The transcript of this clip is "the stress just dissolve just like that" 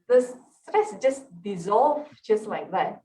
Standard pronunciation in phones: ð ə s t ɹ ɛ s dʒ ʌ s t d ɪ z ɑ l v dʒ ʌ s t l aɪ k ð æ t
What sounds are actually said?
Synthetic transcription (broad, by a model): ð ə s s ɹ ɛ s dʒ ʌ s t d ɪ z ɑ l v dʒ ʌ s t l aɪ k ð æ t